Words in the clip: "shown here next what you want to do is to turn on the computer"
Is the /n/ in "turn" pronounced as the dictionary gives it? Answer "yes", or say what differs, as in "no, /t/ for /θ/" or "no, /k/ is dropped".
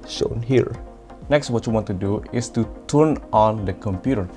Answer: yes